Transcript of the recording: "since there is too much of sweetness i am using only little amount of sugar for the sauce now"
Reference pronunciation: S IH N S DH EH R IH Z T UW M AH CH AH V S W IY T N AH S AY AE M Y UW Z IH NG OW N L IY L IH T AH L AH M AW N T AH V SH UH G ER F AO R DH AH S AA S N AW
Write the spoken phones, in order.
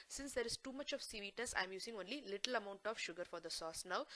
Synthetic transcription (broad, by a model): S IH N S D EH R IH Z T UW M AH CH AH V S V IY T AH S AY M Y UW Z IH NG OW N L IY L IH T AH L AH M AW N T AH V SH UH G ER F AO R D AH S AA S N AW